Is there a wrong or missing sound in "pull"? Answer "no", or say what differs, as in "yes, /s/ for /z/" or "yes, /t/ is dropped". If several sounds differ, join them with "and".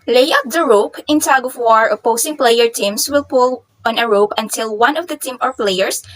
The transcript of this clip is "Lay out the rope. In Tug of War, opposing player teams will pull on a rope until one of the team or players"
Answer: no